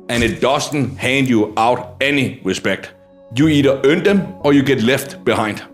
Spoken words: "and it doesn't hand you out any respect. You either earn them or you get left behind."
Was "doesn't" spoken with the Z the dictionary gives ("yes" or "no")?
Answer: no